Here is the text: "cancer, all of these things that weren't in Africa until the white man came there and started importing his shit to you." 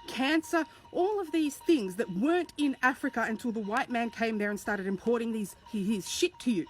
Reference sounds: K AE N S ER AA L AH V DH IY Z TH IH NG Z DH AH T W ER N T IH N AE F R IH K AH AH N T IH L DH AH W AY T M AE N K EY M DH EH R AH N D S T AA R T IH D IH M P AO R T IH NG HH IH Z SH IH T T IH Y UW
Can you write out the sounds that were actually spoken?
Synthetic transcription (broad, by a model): K AE N S ER AA L AH V DH IY Z TH IH NG Z DH AH T W ER N T IH N AE F R IH K AH AH N T IH L DH AH W AY T M AE N K EY M DH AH R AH N S T AA R T IH D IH M P AO R T IH NG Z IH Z SH IH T T IH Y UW